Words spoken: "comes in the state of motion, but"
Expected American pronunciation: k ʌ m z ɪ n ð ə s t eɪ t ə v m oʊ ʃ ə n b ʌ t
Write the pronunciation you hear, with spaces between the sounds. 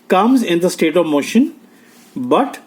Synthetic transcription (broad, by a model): k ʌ m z ɪ n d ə s t eɪ t ə v m oʊ ʃ ə n b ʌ t